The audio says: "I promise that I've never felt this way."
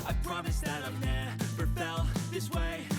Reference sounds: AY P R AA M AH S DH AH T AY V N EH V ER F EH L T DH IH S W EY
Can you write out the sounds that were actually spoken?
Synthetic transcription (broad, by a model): AY P R AA M AH S DH AH T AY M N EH P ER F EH L DH IH S W EY